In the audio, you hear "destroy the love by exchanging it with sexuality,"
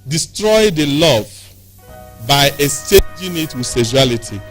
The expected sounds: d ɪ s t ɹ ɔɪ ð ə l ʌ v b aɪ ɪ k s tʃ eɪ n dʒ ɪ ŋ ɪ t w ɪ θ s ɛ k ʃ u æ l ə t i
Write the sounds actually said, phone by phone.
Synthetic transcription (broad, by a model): d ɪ s t ɹ ɔɪ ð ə l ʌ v b aɪ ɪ s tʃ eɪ dʒ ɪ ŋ ɪ t w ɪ s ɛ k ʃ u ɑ l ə t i